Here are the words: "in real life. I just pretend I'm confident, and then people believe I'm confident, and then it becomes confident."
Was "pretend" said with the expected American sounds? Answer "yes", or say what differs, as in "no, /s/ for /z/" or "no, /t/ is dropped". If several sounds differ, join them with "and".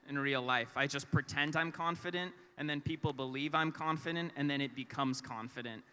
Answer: yes